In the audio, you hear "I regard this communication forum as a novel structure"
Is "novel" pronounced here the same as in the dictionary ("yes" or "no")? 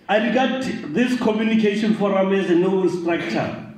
no